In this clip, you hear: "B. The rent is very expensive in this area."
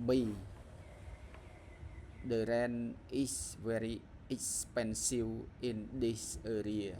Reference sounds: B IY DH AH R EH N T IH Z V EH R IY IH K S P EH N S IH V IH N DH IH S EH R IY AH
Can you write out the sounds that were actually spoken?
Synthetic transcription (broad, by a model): B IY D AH R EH N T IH S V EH R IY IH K S P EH N S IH W IH N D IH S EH R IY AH